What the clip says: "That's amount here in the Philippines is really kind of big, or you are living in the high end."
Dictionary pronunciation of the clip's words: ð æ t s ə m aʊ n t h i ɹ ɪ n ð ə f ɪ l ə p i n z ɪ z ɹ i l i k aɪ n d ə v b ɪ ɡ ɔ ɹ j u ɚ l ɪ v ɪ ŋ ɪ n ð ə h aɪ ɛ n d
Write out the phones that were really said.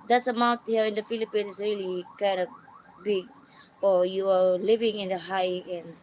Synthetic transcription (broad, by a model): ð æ t s ə m aʊ n t h i ɹ ɪ n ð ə f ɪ l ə p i n ɪ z ɹ i l i k aɪ n d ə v b ɪ ɡ ɔ ɹ j u ɚ l ɪ v ɪ ŋ ɪ n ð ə h aɪ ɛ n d